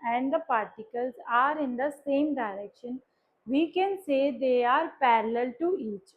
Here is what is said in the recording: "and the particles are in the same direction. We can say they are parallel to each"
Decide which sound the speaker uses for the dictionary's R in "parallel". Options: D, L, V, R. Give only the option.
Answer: R